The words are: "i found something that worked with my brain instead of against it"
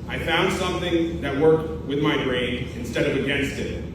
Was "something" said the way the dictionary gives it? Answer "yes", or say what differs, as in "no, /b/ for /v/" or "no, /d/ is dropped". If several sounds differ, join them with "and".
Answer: yes